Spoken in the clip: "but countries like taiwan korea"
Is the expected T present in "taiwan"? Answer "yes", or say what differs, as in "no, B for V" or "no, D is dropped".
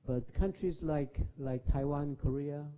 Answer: yes